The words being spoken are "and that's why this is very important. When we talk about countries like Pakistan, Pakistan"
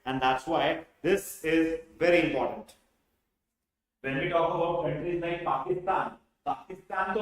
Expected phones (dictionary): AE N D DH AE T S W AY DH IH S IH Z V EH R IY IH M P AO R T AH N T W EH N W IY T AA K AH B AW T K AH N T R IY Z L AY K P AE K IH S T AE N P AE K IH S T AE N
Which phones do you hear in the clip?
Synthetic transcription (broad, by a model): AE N D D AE T S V AY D IH S IH Z V EH R IY IH M P AO R T AH N T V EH N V IY T AA K AH B AW T K AH N T R IY Z N AY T P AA K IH S T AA N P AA K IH S T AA N